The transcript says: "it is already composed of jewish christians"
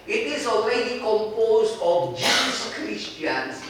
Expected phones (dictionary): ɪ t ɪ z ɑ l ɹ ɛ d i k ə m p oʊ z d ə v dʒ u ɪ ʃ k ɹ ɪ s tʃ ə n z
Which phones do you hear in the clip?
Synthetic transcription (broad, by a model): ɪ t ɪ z ɑ l ɹ ɛ d i k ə m p oʊ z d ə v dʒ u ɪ s k ɹ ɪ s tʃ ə n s